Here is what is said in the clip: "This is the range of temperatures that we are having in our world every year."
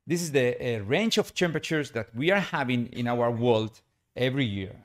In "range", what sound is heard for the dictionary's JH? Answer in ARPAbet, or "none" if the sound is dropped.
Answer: CH